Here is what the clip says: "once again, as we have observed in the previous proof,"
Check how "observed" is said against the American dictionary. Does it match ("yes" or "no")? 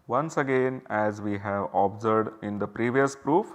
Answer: no